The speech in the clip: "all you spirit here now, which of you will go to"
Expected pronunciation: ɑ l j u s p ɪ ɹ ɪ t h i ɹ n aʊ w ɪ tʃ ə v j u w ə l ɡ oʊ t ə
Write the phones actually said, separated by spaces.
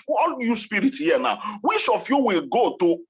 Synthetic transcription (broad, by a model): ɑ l j u s p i ɹ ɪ t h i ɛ n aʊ w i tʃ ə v j u w ə l ɡ oʊ t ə